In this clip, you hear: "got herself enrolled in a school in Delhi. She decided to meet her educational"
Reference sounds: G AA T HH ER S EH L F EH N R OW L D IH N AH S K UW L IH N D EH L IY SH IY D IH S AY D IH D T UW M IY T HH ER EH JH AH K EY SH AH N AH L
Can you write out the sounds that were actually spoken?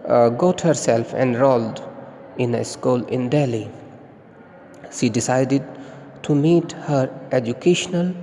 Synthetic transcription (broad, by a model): G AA T HH ER S EH L F EH N R OW L D IH N AH S K UW L IH N D EH L IY SH IY D IH S AY D IH D T UW M IY T HH ER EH JH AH K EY SH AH N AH L